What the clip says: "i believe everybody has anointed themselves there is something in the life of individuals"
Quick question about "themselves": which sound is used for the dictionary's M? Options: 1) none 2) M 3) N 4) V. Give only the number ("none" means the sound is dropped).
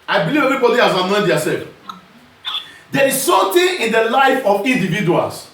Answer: 1